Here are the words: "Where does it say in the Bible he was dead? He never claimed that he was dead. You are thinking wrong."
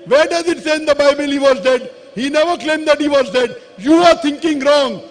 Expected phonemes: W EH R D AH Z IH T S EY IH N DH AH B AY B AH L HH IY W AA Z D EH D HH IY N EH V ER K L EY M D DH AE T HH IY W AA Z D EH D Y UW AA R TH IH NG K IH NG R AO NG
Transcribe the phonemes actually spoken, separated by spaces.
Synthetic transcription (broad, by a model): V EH R D AH Z IH T S EY IH N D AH B AY B AH L HH IY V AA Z D EH D HH IY N EH V ER K L EY M D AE T HH IY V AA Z D EH D Y UW AA R T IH NG K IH NG R AO NG